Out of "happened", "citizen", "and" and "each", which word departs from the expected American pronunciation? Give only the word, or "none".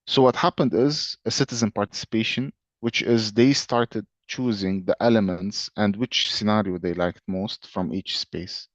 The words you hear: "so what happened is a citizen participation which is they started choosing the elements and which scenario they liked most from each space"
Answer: none